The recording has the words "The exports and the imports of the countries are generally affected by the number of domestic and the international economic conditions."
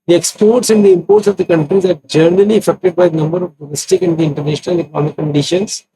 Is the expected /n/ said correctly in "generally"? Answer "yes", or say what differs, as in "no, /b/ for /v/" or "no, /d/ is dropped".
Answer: no, /n/ is dropped